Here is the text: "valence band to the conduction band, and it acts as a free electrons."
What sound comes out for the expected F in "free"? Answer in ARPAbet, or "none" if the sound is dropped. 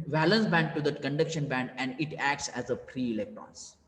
P